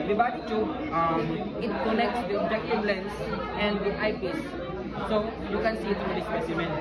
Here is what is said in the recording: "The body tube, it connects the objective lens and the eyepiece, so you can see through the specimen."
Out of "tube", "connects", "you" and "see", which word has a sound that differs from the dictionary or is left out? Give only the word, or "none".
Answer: tube